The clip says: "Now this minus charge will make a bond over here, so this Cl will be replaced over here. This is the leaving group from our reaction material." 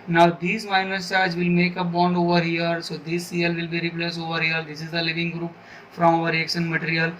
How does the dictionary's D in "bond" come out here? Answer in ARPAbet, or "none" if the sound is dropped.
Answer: D